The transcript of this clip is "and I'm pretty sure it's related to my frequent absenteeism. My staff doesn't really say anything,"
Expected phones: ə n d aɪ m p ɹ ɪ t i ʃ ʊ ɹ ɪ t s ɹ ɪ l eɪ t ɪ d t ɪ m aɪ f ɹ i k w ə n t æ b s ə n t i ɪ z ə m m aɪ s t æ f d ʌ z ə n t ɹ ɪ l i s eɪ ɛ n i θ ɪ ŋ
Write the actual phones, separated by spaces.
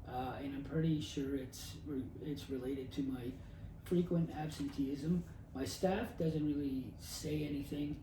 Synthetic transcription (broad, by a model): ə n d aɪ m p ɹ ɪ t i ʃ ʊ ɹ ɪ t s ɹ ɪ l eɪ t ɪ d t ɪ m aɪ f ɹ i k w ə n t æ b s ə n t i ɪ z ə m m aɪ s t æ f d ʌ z ə n t ɹ ɪ l i s eɪ ɛ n i θ ɪ ŋ